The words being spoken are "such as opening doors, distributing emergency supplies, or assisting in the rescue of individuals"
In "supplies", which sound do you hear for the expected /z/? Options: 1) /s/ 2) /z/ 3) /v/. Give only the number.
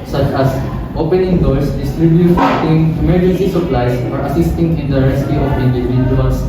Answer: 1